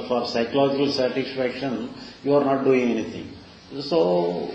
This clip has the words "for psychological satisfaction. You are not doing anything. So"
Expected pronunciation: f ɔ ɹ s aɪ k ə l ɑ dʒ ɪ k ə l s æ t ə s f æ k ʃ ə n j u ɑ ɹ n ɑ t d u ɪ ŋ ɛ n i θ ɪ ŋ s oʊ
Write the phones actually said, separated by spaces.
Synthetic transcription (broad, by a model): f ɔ ɹ s aɪ k ə l ɑ dʒ ɪ k ə l s æ t ə s f æ k ʃ ə n j u ɑ ɹ n ɑ t d u ɪ ŋ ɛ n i t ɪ ŋ s oʊ